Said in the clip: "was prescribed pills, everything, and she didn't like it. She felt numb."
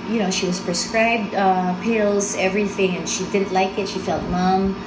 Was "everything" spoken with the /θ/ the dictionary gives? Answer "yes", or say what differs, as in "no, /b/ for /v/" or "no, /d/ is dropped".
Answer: yes